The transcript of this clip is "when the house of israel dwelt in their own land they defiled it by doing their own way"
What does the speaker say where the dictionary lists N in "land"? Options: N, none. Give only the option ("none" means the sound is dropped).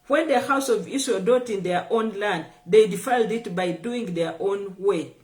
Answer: N